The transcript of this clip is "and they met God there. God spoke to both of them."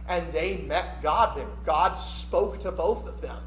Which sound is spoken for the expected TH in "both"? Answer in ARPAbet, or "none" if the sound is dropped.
TH